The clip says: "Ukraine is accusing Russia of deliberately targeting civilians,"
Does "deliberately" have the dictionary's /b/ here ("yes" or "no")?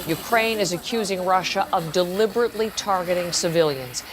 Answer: yes